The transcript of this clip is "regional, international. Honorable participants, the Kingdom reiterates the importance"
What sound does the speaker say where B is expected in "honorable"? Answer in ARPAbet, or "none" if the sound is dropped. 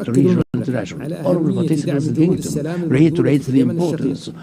none